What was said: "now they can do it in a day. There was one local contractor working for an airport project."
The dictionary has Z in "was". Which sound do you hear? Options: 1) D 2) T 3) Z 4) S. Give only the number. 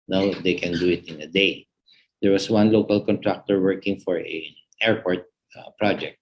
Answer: 4